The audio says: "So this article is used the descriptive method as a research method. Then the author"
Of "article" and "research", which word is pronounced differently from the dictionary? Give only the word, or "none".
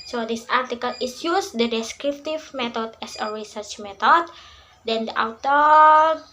none